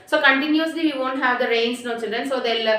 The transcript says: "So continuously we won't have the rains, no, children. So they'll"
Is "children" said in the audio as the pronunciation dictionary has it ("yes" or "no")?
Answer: yes